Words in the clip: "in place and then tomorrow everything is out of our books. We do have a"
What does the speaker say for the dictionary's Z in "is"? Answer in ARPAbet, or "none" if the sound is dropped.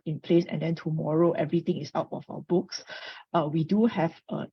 S